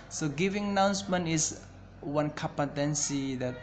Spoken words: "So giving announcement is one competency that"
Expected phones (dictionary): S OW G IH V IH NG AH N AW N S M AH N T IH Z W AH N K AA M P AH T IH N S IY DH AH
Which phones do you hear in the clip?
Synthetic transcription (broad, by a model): S OW G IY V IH NG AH N AW N S M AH N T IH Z W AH N K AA P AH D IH N S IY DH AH